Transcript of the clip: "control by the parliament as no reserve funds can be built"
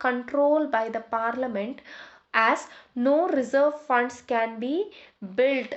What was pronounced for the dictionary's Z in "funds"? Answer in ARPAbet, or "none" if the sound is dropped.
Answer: S